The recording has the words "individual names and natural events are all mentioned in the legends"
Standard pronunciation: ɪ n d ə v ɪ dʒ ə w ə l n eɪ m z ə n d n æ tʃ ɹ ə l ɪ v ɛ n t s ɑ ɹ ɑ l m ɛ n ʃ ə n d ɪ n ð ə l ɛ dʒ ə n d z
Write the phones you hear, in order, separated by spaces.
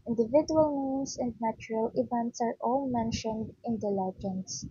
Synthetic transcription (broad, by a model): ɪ n d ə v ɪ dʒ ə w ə l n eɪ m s ə n d n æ tʃ ɹ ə l ɪ v ɛ n t s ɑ ɹ ɑ l m ɛ n ʃ ə n d ɪ n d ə l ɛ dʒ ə n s